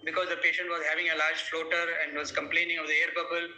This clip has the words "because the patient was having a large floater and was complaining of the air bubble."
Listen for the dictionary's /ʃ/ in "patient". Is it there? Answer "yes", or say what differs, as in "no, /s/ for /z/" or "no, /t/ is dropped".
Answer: yes